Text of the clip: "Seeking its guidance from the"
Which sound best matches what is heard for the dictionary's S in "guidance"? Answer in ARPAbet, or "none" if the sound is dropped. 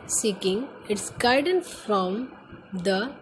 none